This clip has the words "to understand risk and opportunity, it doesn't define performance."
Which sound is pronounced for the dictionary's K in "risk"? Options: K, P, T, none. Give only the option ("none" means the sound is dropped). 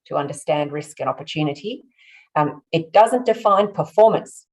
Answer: K